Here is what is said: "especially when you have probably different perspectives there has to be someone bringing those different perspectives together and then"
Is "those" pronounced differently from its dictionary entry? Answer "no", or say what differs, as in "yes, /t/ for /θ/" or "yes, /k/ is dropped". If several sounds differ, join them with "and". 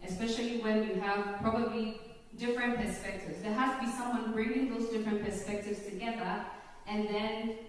no